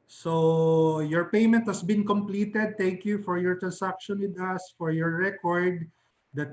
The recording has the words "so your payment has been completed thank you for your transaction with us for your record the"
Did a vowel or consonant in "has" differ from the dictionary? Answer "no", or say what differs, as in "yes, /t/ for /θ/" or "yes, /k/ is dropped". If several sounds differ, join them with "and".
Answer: yes, /s/ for /z/